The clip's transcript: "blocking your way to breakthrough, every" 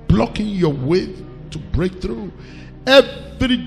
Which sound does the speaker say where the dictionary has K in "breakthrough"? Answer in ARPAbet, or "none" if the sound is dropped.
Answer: K